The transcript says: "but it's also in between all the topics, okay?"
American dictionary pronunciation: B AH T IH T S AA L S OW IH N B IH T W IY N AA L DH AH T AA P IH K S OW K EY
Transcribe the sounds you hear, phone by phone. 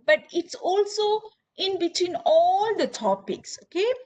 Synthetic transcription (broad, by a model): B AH T IH T S AA L S OW IH N B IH T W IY N AA L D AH T AA P IH K S OW K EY